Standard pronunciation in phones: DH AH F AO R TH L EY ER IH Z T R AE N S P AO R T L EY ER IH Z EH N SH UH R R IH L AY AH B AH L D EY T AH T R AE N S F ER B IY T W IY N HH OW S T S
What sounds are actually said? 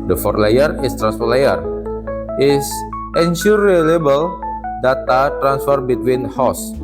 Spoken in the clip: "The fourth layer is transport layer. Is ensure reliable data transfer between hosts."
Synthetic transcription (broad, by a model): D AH F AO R L EY ER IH S T R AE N S F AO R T L EY ER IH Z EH N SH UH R R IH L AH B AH L D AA T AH T R AE N S F ER B IY T W IY N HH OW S S